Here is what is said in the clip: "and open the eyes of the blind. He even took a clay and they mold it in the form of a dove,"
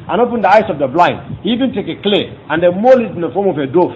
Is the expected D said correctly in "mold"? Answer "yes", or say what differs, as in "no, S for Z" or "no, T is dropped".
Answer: no, D is dropped